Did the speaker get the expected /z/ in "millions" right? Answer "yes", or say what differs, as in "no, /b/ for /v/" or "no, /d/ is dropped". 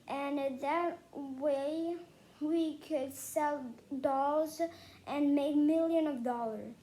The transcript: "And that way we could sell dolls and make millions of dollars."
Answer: no, /z/ is dropped